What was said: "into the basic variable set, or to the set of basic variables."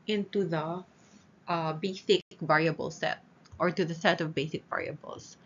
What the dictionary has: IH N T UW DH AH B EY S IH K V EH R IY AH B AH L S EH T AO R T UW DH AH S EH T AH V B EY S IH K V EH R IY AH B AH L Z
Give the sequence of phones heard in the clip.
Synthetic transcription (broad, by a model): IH N T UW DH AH B EY S IH K V EH R IY AH B AH L S EH T AO R T UW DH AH S EH T AH V B EY S IH K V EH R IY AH B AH L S